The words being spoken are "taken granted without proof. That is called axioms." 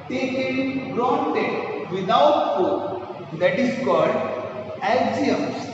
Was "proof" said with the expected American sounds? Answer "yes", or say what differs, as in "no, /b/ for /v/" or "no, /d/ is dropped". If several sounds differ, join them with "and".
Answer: no, /ɹ/ is dropped